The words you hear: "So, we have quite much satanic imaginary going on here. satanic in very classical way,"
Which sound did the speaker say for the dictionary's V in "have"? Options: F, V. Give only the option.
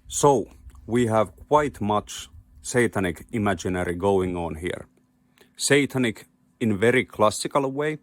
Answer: V